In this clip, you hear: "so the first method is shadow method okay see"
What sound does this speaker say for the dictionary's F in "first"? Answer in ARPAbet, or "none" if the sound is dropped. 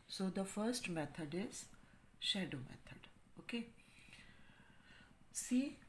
F